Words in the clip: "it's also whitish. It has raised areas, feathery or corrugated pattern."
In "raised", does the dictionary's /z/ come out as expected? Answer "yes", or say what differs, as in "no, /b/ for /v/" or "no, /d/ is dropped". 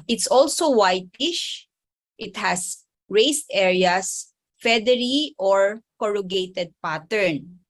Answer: no, /s/ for /z/